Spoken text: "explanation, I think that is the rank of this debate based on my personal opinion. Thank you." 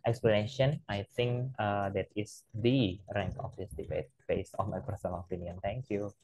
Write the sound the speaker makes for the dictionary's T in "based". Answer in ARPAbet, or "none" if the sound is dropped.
none